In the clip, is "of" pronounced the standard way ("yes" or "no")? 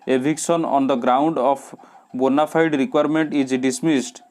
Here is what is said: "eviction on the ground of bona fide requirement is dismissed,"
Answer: no